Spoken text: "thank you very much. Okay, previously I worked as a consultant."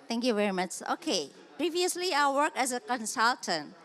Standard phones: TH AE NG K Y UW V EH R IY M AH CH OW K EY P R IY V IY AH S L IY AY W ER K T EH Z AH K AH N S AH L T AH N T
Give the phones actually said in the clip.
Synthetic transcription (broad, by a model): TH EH NG K Y UW V EH R IY M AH CH OW K EY P R IY V IY AH S L IY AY W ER K EH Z AH K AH N S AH L T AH N T